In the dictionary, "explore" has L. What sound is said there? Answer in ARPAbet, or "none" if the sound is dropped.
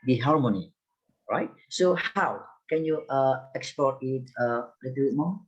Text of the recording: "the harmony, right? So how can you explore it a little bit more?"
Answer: none